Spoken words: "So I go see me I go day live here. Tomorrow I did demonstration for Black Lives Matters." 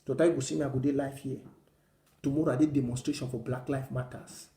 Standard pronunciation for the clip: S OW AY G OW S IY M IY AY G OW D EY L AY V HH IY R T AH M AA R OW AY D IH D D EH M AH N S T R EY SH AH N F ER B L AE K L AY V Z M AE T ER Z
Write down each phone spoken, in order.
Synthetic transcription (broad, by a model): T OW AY G OW S IY M IY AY G OW D EY L AY F HH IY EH T AH M AA R OW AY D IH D D EH M AH N S T R EY SH AH N F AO B L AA K L AY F M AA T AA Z